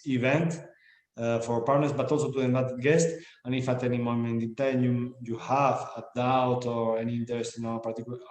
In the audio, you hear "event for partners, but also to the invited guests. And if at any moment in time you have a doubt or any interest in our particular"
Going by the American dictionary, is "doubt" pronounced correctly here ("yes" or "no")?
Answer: yes